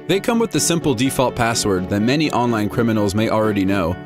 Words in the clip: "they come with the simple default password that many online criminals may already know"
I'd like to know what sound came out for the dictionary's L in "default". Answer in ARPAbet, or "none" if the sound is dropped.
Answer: L